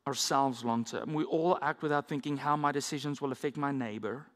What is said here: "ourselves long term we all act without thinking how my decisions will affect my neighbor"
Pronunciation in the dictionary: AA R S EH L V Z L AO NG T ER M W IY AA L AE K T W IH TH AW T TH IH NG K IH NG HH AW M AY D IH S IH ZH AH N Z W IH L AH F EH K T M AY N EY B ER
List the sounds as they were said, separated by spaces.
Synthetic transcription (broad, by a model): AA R S EH L V Z L AO NG T ER M W IY AA L AE K T W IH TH AW T TH IH NG K IH NG HH AW M AY D IH S IH ZH AH N Z W IH L AH F EH K T M AY N EY B ER